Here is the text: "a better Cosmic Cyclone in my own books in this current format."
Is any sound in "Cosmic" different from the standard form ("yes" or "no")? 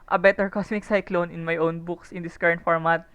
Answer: yes